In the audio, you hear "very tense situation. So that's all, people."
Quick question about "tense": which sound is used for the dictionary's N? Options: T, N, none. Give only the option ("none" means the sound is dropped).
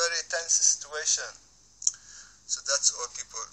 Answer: N